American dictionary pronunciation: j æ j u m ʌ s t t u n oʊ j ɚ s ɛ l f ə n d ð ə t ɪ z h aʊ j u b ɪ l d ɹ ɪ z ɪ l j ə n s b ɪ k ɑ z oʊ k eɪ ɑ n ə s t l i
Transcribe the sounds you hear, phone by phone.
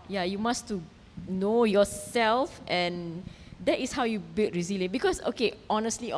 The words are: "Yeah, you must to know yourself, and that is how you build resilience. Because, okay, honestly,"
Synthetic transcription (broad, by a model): j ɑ j u m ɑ s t t u n oʊ j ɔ s ɛ l f ə n d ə t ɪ s h aʊ j u b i l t ɹ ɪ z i l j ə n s b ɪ k ɑ s oʊ k eɪ ɑ n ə s t l i